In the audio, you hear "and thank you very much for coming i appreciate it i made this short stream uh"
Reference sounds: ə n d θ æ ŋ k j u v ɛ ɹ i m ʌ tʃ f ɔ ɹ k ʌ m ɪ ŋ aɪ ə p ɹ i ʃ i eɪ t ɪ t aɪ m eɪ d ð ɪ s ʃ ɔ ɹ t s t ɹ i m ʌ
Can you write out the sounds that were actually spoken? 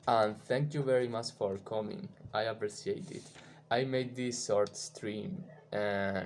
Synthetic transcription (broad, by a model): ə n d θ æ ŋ k j u v ɛ ɹ i m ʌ tʃ f ɔ ɹ k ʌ m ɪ ŋ aɪ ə p ɹ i s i eɪ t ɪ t aɪ m eɪ d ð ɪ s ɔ ɹ t s t ɹ i m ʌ